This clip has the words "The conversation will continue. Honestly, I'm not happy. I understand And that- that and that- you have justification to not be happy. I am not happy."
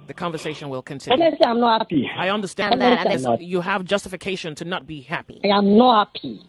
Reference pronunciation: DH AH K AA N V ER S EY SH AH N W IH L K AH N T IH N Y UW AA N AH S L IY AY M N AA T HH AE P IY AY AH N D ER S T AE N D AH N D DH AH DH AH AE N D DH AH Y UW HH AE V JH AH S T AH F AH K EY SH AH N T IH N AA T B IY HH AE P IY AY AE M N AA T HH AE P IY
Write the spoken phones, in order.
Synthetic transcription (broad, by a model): DH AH K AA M V ER S EY SH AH N W IH L K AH N T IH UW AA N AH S IY AY M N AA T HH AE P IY AY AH N D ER S T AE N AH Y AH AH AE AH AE V JH AH S T AH F AH K EY SH AH N T IH N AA T B IY HH AE P IY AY M N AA HH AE P IY